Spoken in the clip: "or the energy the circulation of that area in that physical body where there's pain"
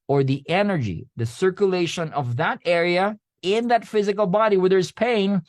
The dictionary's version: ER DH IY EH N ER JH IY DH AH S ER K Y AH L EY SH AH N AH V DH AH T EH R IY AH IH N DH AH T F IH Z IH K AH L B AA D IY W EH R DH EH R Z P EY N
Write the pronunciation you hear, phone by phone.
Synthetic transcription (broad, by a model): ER DH IY EH N ER JH IY DH AH S ER K Y AH L EY SH AH N AH V DH AH T EH R IY AH IH N DH AH T F IH Z IH K AH L B AA D IY W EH R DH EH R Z P EY N